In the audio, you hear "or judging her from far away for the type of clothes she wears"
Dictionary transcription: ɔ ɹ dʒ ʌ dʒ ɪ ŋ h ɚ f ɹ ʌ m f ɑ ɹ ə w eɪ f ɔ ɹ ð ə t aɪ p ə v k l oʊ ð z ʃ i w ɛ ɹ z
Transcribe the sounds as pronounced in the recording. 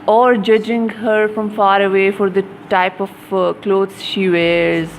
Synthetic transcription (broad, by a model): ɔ ɹ dʒ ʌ dʒ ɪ ŋ h ɚ f ɹ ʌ m f ɑ ɹ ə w eɪ f ɔ ɹ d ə t aɪ p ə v k l oʊ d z ʃ i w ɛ ɹ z